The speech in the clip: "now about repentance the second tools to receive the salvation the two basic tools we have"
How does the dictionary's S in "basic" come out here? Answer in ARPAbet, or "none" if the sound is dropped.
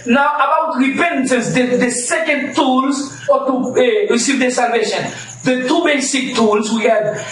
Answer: S